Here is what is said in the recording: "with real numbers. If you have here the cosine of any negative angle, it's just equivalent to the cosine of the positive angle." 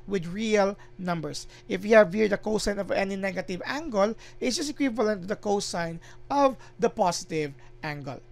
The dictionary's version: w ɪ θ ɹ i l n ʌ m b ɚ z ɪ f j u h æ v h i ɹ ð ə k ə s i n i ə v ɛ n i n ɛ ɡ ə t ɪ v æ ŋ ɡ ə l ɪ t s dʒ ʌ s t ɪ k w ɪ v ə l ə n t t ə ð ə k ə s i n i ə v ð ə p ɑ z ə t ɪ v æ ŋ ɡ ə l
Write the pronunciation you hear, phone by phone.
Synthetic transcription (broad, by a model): w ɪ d ɹ i l n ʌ m b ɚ s ɪ f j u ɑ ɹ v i ɹ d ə k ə s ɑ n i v ɛ n i n ɛ ɡ ə t ɪ v æ ŋ ɡ ə l ɪ t s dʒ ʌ s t ɪ k w ɪ v ə l ə n t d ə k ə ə s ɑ n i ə v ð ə p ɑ s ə t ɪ v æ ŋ ɡ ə l